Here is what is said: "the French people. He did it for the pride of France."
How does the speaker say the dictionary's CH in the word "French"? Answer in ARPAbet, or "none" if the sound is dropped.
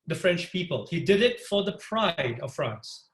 CH